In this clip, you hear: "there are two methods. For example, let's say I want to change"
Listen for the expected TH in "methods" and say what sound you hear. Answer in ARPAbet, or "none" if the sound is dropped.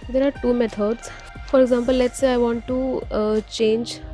T